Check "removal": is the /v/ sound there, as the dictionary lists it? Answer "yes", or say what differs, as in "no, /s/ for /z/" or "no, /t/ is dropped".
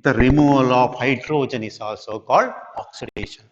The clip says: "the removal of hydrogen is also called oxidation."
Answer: no, /v/ is dropped